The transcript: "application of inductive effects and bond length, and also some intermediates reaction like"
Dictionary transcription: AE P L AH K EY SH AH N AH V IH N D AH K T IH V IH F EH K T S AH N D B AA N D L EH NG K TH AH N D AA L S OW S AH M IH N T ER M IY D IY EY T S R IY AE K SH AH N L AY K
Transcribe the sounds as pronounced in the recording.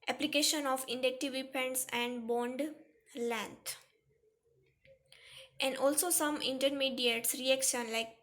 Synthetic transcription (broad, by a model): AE P L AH K EY SH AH N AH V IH N D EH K T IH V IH P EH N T S AH N D B AA N D L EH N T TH AH N D AA L S OW S AH M IH N T ER M IY D IY EY T S R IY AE K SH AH N L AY K